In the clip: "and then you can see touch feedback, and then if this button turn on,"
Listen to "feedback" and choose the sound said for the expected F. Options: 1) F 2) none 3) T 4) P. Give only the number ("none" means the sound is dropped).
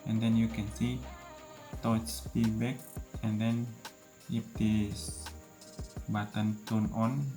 4